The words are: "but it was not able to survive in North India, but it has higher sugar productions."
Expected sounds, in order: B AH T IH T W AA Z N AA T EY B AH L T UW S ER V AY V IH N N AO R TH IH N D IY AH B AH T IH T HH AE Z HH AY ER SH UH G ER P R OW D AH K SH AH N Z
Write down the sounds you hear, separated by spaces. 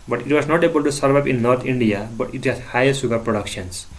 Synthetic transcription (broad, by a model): B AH T IH T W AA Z N AA T EY B AH L T UW S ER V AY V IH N N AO R T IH N D IY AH B AH T IH T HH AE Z HH AY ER S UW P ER P R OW D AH K SH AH N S